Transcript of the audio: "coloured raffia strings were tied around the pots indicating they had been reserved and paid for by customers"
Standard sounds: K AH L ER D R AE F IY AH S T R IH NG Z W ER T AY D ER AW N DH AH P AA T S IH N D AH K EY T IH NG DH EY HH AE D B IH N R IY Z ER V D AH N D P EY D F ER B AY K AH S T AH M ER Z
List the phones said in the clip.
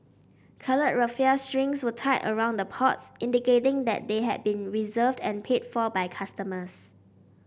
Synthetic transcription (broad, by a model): K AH L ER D R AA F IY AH S T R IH NG S W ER T AY ER AW N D AH P AA T S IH N D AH K EY T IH NG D EY HH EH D B IH N R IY Z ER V D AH N P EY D F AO B AY K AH S T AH M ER S